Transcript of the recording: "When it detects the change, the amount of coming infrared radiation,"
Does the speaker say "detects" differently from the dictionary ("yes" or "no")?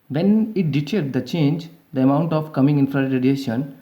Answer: yes